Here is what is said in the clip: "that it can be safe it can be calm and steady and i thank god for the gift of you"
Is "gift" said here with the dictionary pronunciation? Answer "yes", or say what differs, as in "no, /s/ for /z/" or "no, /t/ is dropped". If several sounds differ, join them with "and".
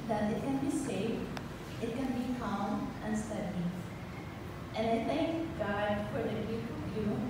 no, /t/ is dropped